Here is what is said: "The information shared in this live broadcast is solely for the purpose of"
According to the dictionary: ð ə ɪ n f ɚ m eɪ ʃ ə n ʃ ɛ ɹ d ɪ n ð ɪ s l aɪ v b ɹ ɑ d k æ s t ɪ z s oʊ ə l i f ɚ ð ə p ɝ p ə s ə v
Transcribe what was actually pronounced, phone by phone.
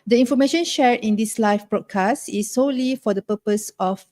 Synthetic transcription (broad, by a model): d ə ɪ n f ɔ m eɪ ʃ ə n ʃ ɛ ɹ ɪ n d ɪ s l aɪ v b ɹ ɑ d k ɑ s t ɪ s oʊ l i f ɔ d ə p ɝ p ə s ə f